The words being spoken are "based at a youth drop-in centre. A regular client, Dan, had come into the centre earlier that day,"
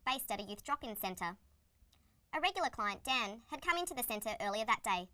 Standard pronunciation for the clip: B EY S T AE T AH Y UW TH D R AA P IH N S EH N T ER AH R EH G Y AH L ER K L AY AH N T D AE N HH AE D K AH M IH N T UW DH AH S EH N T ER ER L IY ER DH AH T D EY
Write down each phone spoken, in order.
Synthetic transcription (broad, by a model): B EY S T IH T AH Y UW TH D R AA P IH N S EH N T ER AH R EH G Y L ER K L AY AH N D AE N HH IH D K AH M IH N T UW DH AH S EH N T ER ER L IY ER DH AH T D EY